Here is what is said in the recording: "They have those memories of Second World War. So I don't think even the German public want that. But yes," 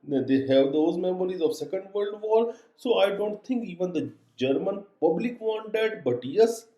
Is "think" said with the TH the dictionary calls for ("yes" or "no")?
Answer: no